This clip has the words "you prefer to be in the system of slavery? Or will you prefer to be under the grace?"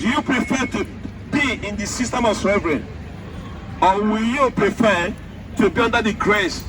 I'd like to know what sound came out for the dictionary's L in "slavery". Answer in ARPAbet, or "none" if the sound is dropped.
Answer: none